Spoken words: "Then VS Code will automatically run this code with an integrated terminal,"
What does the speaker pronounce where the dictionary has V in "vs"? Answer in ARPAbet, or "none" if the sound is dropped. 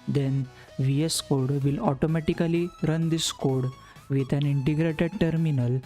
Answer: V